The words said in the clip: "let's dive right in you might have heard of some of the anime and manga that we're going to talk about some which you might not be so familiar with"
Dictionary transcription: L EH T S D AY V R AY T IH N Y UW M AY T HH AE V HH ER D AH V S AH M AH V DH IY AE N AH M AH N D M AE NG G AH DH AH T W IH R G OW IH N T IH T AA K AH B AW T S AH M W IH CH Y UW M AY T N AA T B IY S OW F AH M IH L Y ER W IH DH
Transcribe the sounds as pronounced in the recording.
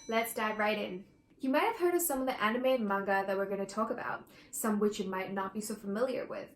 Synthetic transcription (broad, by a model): L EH T S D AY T R AY T IH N Y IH M AY T HH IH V HH ER D AH V S AH M AH V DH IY AE N AH M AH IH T M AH NG G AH DH AH T W IH R G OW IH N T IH T AA K AH B AW T S AH M W IH CH Y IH M AY T N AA T B IY S OW F AH M IH L Y ER W IH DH